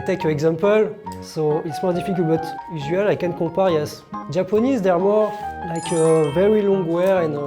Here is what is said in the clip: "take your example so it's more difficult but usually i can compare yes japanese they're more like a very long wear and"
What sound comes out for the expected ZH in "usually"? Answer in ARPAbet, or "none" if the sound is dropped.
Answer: Z